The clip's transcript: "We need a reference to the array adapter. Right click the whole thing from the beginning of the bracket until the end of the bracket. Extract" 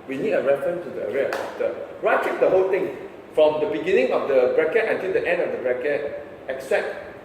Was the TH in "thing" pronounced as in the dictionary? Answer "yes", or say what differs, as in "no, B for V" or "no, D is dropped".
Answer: no, T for TH